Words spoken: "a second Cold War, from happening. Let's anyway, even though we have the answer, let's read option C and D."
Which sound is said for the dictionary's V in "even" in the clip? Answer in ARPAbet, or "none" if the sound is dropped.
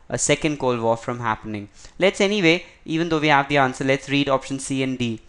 V